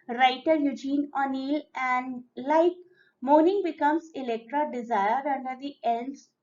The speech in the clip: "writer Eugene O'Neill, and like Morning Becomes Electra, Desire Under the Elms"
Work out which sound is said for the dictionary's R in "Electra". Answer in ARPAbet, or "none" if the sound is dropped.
R